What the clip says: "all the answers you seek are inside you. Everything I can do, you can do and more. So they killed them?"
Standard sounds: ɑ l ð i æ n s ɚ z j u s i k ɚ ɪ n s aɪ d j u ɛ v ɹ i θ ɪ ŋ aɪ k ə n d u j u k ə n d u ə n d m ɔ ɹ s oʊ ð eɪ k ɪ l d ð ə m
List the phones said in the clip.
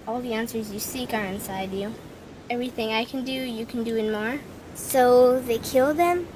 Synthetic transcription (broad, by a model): ɑ l ð i æ n s ɚ z j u s i k ɚ ɪ n s aɪ d j u ɛ v ɹ i θ ɪ ŋ aɪ k n d u j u k n d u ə n m ɔ ɹ s oʊ ð eɪ k ɪ l d ð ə m